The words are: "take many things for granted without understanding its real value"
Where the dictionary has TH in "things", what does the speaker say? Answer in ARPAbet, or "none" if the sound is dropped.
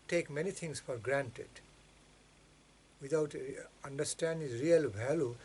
T